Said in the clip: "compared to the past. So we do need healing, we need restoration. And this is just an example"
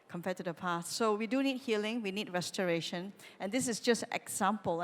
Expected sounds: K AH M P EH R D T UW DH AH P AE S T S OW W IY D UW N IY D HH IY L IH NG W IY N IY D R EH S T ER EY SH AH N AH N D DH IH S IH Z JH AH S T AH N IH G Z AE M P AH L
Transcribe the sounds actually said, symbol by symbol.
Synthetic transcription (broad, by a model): K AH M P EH T UW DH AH P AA S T S OW W IY D UW N IY D HH IY L IH NG W IY N IY D R EH S T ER EY SH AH N AH N D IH S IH S JH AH S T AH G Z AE M P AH L